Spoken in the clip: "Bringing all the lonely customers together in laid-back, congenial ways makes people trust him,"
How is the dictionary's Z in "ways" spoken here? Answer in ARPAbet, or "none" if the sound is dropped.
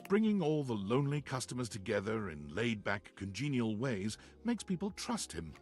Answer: Z